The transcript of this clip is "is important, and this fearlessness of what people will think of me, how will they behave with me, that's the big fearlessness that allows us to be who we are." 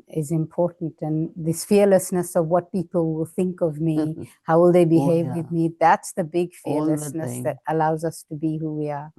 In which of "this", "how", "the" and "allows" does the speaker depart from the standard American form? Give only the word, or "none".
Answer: none